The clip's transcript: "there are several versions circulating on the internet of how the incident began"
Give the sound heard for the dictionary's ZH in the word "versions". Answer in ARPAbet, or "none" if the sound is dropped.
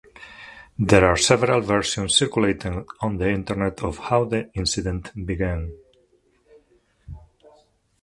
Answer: S